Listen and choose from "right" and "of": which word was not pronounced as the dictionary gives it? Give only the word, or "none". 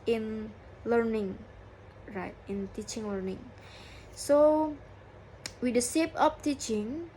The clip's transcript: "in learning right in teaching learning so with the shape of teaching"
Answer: of